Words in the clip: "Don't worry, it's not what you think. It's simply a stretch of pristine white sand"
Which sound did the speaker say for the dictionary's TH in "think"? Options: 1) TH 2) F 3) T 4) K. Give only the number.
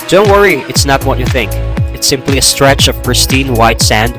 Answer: 1